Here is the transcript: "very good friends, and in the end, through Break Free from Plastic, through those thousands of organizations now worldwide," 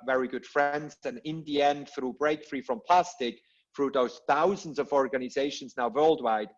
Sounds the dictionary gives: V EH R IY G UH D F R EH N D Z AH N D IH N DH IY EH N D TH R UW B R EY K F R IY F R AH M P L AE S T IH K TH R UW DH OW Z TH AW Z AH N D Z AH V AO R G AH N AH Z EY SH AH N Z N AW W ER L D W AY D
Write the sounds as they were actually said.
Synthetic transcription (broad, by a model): V EH R IY G UH D F R EH N D Z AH N IH N DH IY EH N D TH R UW B R EY K F R IY F R AH M P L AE S T IH K TH R UW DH OW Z TH AW Z AH N D Z AH V AO R G AH N AH Z EY SH AH N Z N AW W ER L D W AY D